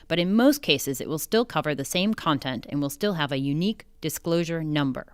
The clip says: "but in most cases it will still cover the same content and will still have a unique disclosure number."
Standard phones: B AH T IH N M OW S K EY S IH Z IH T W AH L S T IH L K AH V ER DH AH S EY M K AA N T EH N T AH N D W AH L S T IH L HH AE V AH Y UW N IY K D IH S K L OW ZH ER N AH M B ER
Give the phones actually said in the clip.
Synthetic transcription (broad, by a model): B AH T IH N M OW S K EY S IH Z IH T W AH L S T IH L K AH V ER DH AH S EY M K AA N T EH N T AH N W AH L S T IH L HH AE V AH Y UW N IY K D IH S K L OW ZH ER N AH M B ER